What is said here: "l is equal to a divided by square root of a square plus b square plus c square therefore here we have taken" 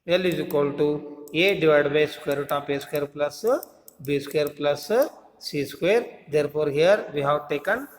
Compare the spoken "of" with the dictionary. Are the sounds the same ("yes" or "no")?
no